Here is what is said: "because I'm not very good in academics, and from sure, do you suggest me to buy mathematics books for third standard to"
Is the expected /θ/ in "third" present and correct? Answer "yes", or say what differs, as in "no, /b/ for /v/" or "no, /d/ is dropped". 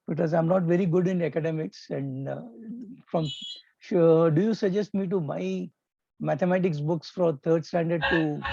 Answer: no, /t/ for /θ/